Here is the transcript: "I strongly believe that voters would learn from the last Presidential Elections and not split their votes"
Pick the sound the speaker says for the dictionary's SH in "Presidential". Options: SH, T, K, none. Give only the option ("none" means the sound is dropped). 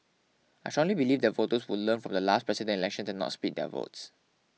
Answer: none